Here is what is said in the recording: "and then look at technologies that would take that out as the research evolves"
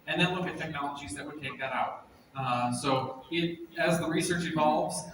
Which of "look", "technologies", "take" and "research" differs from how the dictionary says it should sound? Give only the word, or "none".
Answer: none